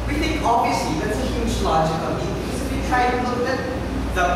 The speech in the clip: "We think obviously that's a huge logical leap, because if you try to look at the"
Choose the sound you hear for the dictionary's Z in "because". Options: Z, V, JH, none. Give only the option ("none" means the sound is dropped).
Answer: none